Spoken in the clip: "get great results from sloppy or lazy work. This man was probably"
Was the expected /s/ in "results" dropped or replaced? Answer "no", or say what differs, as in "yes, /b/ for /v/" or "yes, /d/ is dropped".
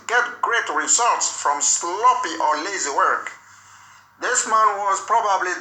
no